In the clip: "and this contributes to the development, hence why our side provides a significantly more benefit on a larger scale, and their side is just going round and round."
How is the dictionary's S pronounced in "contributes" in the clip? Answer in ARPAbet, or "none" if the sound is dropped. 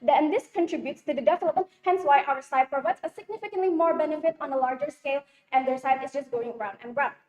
S